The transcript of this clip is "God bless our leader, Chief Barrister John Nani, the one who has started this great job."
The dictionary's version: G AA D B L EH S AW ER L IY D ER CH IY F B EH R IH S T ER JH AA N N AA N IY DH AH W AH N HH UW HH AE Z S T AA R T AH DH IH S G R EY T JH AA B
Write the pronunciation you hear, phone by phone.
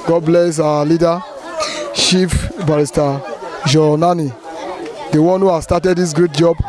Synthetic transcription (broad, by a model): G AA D B L EH S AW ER L IY D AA SH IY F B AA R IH S T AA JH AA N N AA N IY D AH W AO N HH UW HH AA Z S T AA T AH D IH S G R EY T JH AA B